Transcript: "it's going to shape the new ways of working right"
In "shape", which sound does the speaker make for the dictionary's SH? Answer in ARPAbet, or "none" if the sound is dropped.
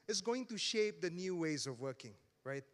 SH